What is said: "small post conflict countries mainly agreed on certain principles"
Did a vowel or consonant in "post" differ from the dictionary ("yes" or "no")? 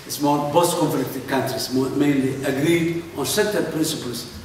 yes